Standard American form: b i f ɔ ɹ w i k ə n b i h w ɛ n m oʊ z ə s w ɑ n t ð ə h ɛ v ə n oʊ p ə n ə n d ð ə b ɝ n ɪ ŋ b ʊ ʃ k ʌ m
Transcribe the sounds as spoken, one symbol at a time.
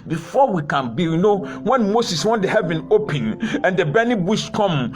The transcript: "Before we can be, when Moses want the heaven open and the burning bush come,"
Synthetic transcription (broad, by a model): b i f ɔ w i k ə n b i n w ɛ n m oʊ s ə s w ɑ n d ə h ɛ v ə n oʊ p ə n ə n d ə b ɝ n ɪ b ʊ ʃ k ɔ m